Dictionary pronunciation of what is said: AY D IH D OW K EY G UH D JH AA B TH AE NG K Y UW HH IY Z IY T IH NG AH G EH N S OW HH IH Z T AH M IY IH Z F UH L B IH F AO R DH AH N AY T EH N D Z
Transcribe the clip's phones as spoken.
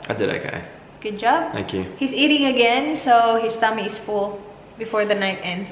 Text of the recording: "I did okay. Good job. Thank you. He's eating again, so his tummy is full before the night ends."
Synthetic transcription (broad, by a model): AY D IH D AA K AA G UH D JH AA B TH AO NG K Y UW HH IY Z IY T IH NG AH G EH N S OW HH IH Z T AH M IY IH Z F UH L B IH F AO R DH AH N AY T EH N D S